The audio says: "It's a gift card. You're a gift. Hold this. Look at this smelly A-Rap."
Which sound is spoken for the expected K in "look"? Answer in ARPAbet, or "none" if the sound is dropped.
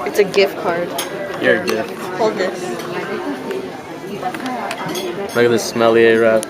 none